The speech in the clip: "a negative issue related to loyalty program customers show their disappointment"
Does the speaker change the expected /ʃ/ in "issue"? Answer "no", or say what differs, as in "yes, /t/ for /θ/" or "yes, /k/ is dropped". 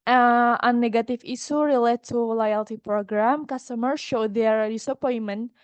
yes, /s/ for /ʃ/